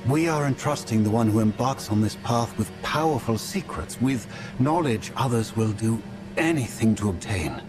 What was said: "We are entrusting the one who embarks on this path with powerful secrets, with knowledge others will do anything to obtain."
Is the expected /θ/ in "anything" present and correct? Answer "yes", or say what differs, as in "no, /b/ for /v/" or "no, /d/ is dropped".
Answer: yes